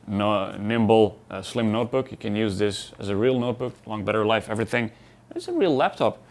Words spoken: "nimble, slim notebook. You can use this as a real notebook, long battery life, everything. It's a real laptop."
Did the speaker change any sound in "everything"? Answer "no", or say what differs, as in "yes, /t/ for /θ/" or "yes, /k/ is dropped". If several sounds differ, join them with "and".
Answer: no